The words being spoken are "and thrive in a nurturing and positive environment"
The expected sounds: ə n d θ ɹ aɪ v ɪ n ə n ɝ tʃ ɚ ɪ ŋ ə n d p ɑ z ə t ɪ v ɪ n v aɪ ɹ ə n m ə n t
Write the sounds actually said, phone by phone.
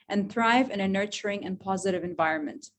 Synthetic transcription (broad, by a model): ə n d θ ɹ aɪ v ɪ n ə n ɝ tʃ ɚ ɪ ŋ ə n p ɑ z ə t ɪ v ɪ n v aɪ ɹ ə n m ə n t